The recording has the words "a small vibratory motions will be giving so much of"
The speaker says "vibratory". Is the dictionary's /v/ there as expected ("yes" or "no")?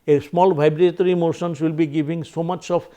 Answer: no